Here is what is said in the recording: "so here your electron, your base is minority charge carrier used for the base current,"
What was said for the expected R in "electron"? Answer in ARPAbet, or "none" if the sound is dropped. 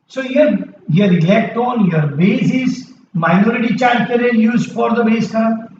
none